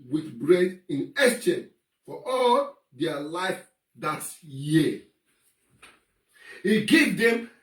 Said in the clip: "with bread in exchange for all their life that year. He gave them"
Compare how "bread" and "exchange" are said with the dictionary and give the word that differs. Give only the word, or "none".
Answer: exchange